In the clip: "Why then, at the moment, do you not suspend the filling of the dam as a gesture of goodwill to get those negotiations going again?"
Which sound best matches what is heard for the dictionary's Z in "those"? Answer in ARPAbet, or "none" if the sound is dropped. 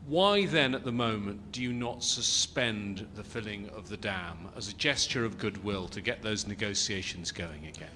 Z